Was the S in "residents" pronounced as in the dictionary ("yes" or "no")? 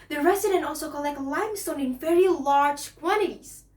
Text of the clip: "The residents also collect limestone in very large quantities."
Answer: no